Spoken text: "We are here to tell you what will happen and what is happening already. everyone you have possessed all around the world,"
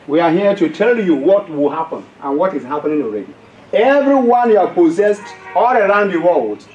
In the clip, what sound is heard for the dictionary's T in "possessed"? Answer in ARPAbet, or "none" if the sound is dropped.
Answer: T